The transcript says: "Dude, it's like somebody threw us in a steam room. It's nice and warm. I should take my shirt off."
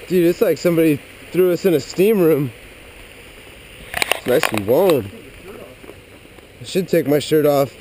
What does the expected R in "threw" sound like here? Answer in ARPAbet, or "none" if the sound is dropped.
R